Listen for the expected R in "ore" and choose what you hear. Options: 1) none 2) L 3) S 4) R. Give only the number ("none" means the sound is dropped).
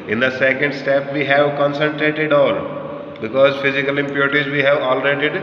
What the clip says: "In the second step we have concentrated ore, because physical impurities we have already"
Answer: 2